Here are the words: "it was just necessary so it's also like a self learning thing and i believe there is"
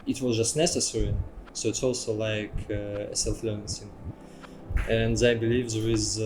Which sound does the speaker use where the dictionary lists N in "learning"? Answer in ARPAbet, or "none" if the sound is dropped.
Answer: none